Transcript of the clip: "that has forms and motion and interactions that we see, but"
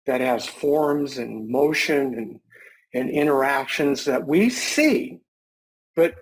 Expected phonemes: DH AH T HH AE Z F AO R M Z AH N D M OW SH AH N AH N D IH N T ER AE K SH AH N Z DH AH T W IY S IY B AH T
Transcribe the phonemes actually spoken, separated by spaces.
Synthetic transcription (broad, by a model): DH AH T HH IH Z F AO R M Z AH N M OW SH AH N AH N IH N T ER AE K SH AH N Z DH AH T W IY S IY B AH T